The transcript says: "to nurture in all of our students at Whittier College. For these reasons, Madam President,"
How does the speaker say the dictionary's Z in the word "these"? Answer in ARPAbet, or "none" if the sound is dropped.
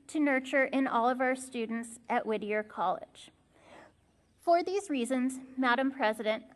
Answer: Z